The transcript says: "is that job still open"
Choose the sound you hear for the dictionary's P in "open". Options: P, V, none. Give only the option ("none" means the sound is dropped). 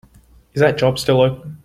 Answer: none